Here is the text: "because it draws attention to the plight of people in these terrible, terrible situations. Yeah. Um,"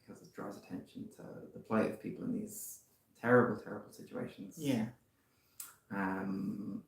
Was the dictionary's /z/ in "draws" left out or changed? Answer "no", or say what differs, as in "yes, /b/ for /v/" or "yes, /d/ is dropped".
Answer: no